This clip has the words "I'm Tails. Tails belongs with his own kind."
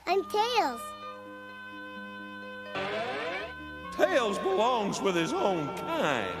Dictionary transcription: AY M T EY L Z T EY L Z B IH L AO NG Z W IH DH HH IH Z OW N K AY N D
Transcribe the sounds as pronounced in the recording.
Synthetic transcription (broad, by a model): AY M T EY L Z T EY L Z B IH L AO NG Z W IH DH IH Z OW N K AY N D